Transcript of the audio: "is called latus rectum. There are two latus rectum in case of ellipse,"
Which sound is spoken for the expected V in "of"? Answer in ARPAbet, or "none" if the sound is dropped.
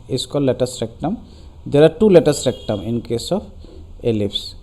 P